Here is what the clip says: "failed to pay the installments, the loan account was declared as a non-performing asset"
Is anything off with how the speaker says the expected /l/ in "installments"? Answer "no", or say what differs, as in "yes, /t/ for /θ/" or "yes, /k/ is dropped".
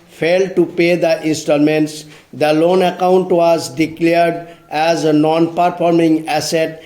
yes, /l/ is dropped